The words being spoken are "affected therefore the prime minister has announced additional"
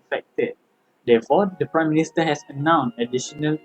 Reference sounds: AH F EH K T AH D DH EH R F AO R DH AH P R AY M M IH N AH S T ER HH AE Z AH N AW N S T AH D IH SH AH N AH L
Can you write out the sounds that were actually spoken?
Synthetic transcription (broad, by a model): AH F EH K T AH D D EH F AO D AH P R AY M M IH N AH S T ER HH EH S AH N AW N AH D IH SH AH N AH L